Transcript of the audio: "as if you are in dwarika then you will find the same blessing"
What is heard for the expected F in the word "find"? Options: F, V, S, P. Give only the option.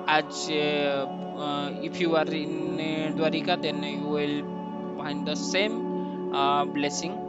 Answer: P